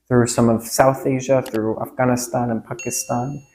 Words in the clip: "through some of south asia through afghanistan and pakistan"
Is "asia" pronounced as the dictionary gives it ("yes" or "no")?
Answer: yes